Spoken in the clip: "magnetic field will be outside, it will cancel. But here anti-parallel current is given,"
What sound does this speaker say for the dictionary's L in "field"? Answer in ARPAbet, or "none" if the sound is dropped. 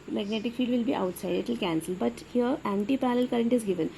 none